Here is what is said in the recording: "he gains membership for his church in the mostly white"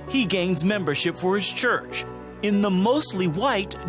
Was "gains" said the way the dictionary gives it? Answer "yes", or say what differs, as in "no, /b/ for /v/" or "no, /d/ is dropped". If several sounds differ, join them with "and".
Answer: yes